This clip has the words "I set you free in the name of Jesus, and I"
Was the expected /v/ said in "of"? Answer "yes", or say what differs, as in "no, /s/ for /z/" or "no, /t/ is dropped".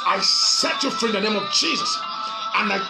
yes